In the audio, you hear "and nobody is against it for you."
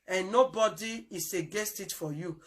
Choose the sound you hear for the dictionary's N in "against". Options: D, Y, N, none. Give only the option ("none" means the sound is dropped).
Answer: none